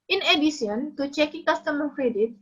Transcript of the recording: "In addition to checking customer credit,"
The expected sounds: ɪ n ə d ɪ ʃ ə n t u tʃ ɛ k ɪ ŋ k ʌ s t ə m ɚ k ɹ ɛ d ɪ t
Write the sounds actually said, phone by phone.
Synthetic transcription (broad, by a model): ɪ n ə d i s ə n t u tʃ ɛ k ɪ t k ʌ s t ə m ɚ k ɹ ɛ d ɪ t